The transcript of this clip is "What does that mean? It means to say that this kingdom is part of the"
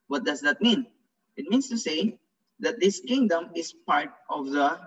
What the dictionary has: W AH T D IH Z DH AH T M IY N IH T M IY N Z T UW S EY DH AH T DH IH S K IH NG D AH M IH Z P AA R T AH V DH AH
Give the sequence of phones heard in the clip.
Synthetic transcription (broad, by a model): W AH T D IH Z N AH T M IY N IH T M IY N S T UW S EY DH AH T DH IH S K IH NG D AH M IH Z P AA R T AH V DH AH